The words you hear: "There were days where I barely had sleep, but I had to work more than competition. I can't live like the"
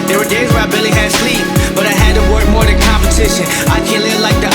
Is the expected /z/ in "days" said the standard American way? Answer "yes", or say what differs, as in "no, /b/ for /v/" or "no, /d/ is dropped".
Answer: yes